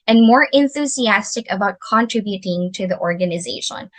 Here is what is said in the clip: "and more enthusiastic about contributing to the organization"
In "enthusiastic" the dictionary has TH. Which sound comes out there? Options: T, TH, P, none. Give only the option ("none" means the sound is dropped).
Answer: TH